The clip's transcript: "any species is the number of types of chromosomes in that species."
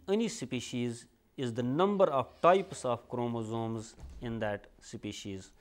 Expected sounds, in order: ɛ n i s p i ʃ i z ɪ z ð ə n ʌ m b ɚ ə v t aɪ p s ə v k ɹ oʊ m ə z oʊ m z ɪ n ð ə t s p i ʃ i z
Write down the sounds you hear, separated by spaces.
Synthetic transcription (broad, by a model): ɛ n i s p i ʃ i z ɪ z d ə n ʌ m b ɚ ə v t aɪ p s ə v k ɹ oʊ m ə z oʊ m z ɪ n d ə t s p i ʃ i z